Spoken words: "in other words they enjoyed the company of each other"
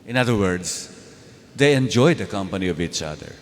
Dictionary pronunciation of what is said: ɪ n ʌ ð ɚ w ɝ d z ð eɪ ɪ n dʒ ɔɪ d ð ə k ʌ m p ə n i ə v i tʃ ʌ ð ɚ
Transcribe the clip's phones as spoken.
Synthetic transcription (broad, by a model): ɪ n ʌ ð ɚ w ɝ d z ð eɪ ɪ n dʒ ɔɪ d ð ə k ʌ m p ə n i ə v i tʃ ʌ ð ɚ